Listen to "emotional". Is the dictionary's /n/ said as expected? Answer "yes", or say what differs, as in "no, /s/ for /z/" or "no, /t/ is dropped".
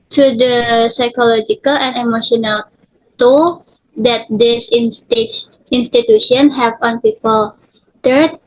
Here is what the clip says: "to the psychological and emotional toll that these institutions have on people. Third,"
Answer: yes